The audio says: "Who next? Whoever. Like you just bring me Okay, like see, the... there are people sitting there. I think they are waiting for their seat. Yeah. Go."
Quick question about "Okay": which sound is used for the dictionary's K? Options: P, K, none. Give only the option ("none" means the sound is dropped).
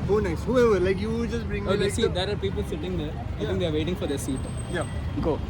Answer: none